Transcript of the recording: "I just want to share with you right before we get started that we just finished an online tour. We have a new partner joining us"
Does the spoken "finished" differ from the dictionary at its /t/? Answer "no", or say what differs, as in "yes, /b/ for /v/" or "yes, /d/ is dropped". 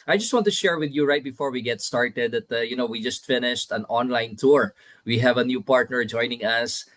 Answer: no